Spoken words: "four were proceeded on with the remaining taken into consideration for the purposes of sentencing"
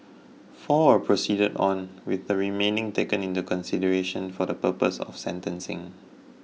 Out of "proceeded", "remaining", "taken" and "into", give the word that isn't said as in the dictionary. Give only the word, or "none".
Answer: none